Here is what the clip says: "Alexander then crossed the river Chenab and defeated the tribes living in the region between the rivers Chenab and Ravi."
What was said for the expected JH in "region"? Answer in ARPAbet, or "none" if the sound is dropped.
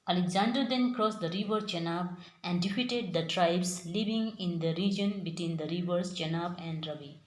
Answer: JH